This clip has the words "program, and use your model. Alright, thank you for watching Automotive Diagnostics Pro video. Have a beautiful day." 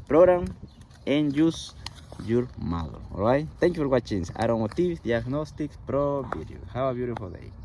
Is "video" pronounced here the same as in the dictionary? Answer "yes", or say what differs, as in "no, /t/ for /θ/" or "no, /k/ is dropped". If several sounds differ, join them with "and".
no, /b/ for /v/